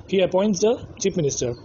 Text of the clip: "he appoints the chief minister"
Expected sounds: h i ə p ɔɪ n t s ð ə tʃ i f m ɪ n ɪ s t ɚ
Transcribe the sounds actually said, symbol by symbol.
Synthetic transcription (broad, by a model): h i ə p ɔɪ n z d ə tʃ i p m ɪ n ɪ s t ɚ